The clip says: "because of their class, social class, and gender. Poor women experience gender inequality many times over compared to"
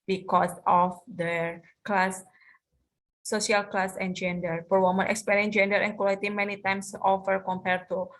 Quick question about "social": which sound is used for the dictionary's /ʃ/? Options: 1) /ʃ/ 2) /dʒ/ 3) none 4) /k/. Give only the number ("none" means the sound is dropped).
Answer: 3